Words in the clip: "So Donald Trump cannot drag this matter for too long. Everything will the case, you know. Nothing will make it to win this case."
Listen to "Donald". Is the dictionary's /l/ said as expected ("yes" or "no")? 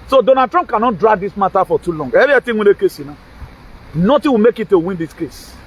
no